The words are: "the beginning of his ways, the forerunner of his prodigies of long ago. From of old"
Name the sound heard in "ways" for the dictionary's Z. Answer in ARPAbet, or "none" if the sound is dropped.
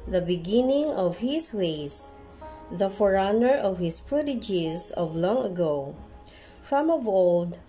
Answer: S